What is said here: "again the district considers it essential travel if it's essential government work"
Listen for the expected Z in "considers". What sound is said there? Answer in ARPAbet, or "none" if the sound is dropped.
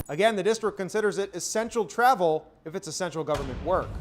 Z